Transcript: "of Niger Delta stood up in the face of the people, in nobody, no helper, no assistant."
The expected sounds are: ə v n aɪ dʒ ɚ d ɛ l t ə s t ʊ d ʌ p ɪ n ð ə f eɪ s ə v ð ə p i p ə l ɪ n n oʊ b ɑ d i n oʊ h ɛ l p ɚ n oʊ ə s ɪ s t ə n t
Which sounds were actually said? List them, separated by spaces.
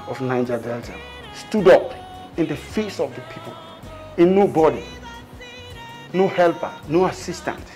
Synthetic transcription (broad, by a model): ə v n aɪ dʒ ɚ d ɛ l t ə s t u d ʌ p ɪ n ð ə f eɪ s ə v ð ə p i p ə l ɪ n n oʊ b ɑ d i n oʊ h ɛ l p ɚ n oʊ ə s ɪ s t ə n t